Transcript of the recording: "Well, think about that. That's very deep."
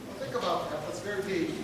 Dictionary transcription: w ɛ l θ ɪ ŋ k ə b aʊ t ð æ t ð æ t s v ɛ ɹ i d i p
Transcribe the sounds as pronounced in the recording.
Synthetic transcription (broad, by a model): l θ ɪ ŋ k ə b aʊ t ð æ t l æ t s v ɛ ɹ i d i